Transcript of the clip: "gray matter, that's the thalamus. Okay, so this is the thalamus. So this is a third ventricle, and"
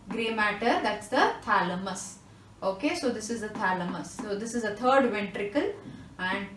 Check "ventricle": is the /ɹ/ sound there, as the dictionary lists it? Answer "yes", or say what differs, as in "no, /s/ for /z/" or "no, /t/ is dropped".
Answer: yes